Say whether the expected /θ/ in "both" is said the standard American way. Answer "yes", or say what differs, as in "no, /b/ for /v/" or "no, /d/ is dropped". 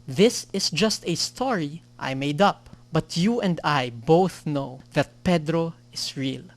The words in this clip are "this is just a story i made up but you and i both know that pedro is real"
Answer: yes